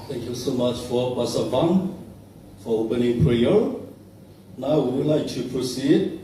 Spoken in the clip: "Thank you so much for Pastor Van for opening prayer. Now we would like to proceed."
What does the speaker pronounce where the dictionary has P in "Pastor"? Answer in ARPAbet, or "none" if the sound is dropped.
B